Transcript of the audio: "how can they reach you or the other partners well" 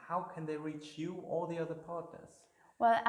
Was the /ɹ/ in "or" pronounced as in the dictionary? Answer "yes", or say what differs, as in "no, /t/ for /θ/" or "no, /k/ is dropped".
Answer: no, /l/ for /ɹ/